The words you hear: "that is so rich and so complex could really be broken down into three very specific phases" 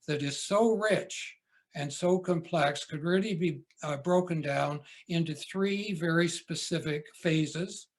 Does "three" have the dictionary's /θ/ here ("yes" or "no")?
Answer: yes